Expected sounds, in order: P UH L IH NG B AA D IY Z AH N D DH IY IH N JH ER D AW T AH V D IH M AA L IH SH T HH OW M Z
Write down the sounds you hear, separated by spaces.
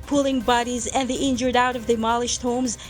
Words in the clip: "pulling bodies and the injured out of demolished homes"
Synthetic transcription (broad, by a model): P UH L IH NG B AA D IY Z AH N DH IY IH N JH ER D AW T AH V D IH M AA L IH SH T HH OW M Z